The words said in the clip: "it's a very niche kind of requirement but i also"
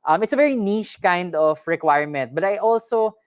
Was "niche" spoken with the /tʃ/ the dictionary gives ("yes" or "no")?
no